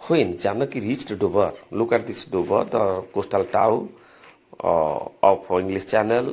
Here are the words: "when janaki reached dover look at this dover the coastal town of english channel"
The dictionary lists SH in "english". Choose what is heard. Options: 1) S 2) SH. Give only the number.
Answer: 1